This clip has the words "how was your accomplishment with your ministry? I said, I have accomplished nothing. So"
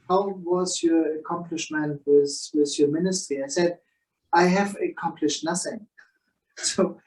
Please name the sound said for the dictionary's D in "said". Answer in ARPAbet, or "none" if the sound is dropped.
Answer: D